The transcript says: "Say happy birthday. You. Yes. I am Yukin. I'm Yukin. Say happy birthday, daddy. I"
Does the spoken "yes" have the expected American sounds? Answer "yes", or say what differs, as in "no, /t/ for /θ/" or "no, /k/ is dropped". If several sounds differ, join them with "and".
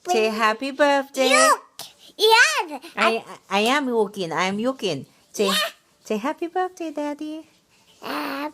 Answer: no, /s/ is dropped